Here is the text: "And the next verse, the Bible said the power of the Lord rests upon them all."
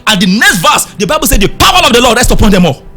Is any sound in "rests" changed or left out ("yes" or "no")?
yes